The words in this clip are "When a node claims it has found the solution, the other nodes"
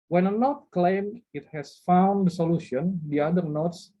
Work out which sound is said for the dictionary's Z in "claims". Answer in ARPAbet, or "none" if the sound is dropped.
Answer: none